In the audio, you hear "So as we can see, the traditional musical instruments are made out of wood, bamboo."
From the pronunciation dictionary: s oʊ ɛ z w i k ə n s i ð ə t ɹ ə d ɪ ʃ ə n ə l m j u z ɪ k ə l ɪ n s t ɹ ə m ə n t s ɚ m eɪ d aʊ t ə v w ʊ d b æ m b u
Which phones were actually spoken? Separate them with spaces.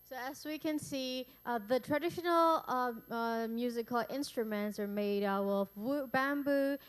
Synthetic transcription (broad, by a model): s oʊ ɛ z w i k ə n s i ð ə t ɹ ə d ɪ ʃ ə n ə l m j u z ɪ k ə l ɪ n s t ɹ ə m ə n t s ɚ m eɪ d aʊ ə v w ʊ b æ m b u